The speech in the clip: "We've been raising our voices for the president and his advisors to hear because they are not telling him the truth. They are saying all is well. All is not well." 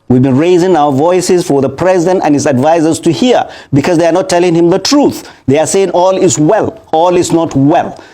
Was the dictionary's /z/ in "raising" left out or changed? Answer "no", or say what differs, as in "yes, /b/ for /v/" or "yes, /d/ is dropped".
no